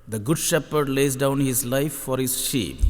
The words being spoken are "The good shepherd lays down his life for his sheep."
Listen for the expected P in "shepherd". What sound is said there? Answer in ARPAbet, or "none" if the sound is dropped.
P